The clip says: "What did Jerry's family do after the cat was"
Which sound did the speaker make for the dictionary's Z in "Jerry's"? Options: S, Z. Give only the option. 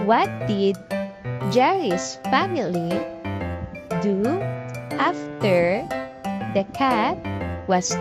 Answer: S